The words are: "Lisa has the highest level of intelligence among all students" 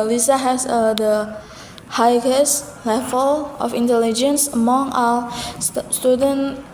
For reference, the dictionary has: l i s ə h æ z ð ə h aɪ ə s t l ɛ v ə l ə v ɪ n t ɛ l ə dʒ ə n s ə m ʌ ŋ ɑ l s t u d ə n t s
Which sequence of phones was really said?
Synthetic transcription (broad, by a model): l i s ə h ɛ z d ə h aɪ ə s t l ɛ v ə l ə f ɪ n t ɛ l ə dʒ ə n s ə m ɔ ŋ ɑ s t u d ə n